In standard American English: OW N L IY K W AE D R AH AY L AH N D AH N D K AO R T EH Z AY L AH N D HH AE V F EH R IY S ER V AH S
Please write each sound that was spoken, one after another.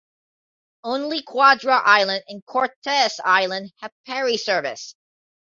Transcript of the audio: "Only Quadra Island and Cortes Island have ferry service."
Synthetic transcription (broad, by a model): OW N L IY K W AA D R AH AY L AH N D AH N K AO R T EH S AY L AH N D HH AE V P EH R IY S ER V AH S